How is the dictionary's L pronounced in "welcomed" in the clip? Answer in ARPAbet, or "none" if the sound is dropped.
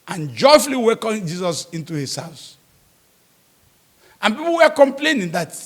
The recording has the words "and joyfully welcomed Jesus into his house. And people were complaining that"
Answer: none